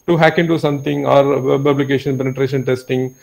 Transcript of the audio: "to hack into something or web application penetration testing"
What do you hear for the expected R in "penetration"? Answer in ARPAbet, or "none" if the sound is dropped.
R